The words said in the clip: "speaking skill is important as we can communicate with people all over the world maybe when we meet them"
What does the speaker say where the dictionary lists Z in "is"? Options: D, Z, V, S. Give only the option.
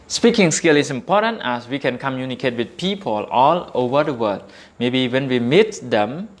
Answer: S